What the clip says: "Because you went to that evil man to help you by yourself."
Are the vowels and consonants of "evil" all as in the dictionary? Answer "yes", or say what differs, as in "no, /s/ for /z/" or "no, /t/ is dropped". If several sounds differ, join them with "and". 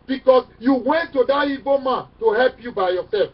no, /b/ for /v/